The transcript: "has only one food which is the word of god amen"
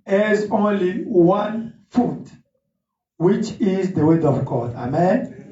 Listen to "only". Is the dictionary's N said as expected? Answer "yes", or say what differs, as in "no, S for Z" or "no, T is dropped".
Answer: yes